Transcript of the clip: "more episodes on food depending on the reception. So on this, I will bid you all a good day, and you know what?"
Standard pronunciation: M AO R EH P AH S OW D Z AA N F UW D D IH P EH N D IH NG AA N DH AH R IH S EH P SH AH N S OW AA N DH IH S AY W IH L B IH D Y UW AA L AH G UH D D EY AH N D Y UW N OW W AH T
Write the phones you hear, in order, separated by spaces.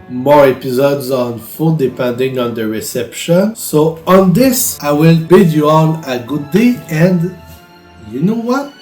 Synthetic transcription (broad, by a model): M AO R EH P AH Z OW D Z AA N F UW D D IH P EH N D IH NG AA N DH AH R IH S EH P SH AH N S OW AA N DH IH S AY W IH L B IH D Y UW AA N AH G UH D D EY AH N D Y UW N OW W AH T